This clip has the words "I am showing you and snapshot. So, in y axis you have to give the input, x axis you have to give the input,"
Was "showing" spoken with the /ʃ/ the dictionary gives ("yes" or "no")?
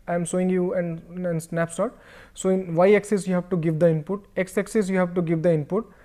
no